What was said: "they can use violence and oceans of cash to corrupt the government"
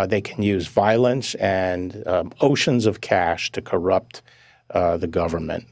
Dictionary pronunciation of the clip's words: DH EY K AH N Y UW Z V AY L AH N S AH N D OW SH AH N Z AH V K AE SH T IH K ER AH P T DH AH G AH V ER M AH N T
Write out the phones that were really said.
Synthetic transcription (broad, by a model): DH EY K AH N Y UW Z V AY L AH N S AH N OW SH AH N Z AH V K AE SH T IH K ER AH P T DH AH G AH V ER M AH N T